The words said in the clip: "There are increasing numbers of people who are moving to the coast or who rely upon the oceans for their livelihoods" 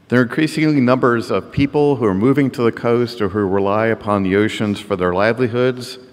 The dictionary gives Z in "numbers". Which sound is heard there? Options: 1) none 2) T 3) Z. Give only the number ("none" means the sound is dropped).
3